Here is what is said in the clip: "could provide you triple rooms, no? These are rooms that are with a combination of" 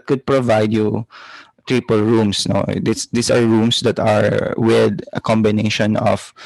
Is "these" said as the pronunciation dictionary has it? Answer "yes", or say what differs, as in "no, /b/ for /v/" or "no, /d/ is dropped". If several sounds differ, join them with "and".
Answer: no, /s/ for /z/